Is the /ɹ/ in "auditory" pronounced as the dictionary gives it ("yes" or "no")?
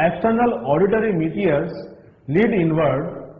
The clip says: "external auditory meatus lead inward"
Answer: yes